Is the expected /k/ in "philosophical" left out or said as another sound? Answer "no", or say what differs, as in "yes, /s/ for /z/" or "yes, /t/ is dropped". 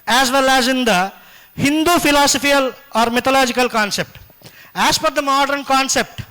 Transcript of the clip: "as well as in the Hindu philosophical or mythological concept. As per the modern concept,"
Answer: yes, /k/ is dropped